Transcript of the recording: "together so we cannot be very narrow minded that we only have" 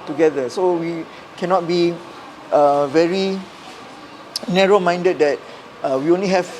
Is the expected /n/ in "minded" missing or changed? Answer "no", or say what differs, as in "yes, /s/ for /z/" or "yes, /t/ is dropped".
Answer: no